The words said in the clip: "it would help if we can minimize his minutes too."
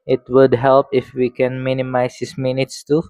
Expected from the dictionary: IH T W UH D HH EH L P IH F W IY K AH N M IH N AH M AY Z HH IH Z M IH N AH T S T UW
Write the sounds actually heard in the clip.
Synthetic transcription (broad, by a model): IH T W UH D HH EH L P IH F W IY K AH N M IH N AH M AY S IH S M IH N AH T S T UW